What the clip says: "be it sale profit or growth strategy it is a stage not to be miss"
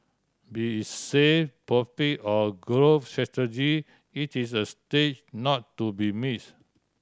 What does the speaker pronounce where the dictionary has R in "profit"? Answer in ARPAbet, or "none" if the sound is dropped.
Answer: none